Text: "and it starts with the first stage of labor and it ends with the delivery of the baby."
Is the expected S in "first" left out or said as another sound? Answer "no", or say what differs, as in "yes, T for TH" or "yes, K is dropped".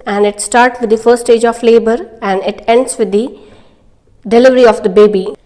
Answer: yes, S is dropped